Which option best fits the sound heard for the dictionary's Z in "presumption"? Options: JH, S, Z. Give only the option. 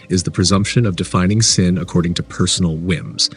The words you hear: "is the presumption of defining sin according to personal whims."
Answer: Z